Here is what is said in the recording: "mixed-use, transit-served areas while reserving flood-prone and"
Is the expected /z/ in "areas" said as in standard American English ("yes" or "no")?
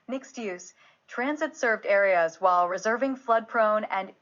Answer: yes